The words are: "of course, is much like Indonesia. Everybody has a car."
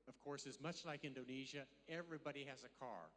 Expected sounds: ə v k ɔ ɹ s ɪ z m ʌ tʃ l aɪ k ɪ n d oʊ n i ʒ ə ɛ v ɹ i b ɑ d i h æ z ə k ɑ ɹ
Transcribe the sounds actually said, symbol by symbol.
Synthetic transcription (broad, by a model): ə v k ɔ ɹ s ɪ z m ʌ tʃ l aɪ k ɪ n d oʊ n i ʒ ə ɛ v ɹ i b ɑ d i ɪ z ə k ɑ ɹ